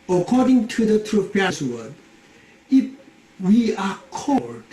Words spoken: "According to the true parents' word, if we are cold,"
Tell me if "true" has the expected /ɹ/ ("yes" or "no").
yes